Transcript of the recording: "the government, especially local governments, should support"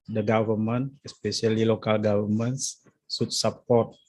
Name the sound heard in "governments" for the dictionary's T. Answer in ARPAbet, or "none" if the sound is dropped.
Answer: S